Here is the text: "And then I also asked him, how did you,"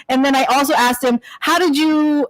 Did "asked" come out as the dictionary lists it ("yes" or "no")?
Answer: yes